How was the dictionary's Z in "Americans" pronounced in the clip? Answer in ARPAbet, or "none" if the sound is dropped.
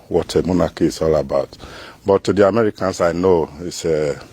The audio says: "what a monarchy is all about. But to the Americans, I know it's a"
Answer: S